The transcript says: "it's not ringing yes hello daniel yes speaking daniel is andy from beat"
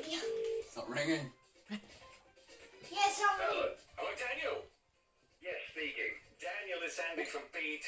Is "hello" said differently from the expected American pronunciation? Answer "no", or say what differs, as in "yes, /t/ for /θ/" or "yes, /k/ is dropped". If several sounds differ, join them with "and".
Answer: yes, /n/ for /l/